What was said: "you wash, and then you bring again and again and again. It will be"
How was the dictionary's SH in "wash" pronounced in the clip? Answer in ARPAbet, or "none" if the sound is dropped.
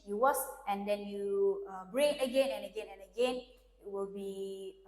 S